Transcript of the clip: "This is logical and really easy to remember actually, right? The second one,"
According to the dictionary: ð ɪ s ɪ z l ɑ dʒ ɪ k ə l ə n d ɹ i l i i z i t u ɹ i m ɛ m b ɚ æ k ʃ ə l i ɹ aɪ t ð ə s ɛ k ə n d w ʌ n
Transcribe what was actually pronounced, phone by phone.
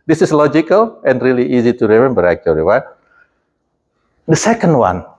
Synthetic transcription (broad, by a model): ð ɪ s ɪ s l ɑ dʒ ɪ k ə l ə n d ɹ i l i i z i t u ɹ i m ɛ m b ɚ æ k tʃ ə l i w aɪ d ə s ɛ k ə n d w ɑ n